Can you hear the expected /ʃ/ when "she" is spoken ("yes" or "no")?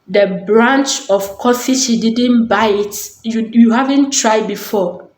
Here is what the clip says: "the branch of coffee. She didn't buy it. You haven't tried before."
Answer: no